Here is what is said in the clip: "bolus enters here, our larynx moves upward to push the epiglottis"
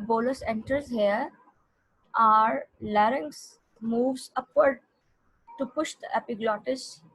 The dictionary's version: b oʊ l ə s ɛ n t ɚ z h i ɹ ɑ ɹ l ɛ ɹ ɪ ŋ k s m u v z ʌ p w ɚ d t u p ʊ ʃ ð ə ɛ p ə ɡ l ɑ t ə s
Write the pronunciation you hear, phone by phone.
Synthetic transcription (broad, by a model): b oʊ l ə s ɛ n t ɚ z h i ɹ ɑ ɹ l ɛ ɹ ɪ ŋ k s m u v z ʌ p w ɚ d t u p ʊ ʃ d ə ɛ p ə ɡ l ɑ t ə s